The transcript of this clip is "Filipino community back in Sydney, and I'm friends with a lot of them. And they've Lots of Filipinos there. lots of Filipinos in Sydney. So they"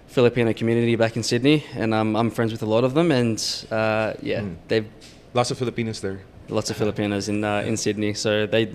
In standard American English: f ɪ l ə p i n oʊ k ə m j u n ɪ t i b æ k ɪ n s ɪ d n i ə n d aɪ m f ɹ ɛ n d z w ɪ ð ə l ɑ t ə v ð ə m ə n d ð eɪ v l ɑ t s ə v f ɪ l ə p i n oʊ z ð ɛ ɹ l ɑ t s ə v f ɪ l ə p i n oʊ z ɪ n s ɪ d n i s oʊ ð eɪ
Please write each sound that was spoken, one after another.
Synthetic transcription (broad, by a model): f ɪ l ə p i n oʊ k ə m j u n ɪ t i b æ k ɪ n s ɪ d n i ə n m aɪ m f ɹ ɛ n d z w ɪ ð ə l ɑ t ə v ð ə m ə n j ð eɪ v l ɑ t s ə v f ɪ l ə p i n oʊ z ð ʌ ɹ l ɑ t s ə v f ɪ l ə p i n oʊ z ɪ n s ɪ d n i s oʊ ð eɪ